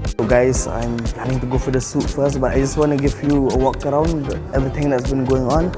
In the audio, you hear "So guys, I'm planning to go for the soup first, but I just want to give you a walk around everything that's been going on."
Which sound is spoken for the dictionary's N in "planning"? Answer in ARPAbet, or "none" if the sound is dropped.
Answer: none